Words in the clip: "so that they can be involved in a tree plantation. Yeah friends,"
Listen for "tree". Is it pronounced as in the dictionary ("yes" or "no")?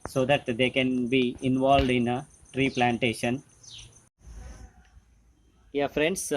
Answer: yes